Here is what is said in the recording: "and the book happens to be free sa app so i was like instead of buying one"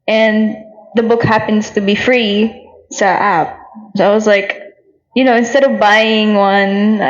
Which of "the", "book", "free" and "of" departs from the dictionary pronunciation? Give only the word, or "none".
none